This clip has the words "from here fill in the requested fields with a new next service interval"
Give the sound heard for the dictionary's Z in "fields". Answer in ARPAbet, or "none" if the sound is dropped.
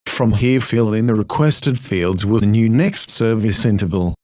Z